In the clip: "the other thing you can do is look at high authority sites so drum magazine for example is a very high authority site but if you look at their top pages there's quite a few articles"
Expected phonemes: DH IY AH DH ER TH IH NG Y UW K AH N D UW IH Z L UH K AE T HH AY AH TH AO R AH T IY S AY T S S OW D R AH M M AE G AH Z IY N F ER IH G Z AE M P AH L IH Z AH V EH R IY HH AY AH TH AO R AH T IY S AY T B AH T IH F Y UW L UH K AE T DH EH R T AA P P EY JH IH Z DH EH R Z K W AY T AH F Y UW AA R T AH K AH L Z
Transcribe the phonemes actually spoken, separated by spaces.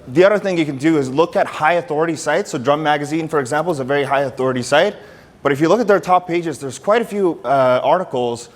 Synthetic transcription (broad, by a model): DH IY AH DH ER TH IH NG Y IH K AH N D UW IH Z L UH K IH T HH AY AH TH AO R AH T IY S AY T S S OW D R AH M M AE G AH Z IY N F ER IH G Z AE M P L IH Z AH V EH R IY HH AY AH TH AO R AH T IY S AY T B AH T IH F Y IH L UH K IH T DH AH R T AA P P EY JH IH Z DH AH R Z K W AY T AH F Y UW AA R T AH K L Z